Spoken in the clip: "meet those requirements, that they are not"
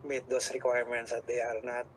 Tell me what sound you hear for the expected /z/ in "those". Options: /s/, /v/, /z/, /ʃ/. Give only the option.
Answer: /s/